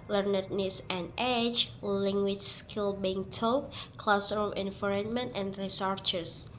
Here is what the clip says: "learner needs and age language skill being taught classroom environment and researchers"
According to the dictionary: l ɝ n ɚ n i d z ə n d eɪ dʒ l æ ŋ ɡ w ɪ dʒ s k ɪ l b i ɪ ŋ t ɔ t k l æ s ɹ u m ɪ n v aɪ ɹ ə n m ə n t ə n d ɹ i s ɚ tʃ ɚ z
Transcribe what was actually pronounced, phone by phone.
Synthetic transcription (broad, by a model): l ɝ n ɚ n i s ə n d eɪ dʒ l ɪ ŋ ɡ w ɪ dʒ s k ɪ l b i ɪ ŋ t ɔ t k l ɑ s ɹ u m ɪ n f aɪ ɹ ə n m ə n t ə n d ɹ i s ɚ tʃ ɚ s